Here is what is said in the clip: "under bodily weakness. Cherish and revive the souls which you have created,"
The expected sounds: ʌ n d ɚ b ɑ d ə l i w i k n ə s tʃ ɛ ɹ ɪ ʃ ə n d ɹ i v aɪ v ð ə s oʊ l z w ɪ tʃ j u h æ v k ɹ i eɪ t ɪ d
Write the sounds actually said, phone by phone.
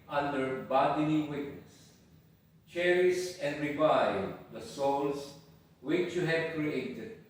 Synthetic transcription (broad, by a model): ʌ n d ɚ b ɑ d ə n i w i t n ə s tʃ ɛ ɹ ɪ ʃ ə n d ɹ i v aɪ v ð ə s oʊ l s w ɪ tʃ j u h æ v k ɹ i eɪ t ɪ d